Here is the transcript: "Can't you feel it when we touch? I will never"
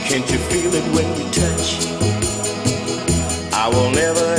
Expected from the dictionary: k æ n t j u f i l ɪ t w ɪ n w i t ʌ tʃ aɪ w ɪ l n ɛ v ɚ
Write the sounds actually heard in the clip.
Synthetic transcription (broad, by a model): k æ n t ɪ f i l ɪ t w ɪ n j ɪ t ʌ tʃ aɪ w ɪ l n ɛ v ɚ